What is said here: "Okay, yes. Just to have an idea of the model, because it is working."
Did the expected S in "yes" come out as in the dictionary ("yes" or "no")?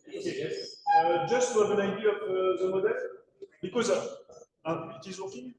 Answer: no